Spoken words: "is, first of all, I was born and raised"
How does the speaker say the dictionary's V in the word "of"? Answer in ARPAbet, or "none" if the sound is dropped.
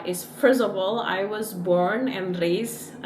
B